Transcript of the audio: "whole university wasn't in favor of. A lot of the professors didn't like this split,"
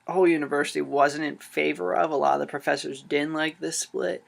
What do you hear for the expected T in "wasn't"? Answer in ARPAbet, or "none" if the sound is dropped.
T